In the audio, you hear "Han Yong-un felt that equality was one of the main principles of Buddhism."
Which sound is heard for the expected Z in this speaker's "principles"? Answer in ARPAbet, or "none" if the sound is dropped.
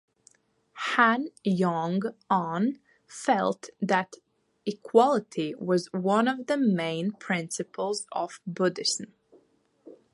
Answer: Z